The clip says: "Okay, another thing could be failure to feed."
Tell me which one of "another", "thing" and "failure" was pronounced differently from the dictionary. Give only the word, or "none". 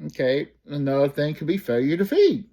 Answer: another